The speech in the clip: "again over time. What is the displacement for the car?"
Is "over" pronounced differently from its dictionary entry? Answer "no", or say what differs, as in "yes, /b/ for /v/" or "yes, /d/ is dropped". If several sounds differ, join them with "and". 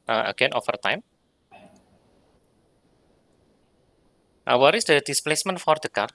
yes, /f/ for /v/